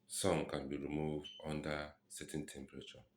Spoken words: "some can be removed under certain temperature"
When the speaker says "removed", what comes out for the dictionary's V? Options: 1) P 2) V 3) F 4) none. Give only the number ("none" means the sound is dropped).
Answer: 2